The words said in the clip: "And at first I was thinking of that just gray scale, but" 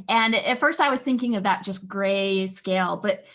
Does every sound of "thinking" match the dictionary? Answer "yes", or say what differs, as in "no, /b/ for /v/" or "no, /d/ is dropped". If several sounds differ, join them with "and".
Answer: yes